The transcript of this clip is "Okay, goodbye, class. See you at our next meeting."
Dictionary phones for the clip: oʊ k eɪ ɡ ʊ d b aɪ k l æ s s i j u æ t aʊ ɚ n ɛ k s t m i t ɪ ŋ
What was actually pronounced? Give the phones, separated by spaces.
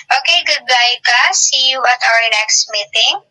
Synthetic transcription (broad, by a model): oʊ k eɪ ɡ ʊ d b aɪ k ɑ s s i j u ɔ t aʊ ɚ n ɛ k s t m i t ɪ ŋ